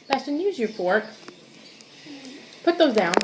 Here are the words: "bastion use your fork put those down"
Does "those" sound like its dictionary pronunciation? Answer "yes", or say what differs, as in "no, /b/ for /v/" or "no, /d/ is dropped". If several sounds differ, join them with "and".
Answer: yes